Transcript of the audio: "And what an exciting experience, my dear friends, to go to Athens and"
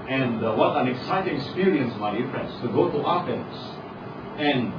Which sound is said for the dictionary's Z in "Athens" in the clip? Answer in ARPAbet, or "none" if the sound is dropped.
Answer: S